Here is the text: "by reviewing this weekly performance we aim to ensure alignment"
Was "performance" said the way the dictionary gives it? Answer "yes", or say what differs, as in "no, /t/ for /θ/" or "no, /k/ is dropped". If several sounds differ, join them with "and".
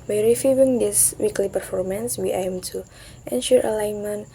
yes